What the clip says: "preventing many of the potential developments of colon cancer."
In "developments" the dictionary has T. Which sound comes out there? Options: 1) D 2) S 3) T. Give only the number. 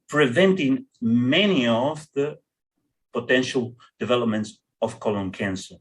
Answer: 3